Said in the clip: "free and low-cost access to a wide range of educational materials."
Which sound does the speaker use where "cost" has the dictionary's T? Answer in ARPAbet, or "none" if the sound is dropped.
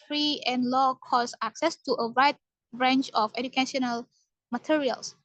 none